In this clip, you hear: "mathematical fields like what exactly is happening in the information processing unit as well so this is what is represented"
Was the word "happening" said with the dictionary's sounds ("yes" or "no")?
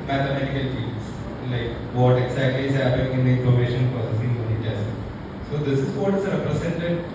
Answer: no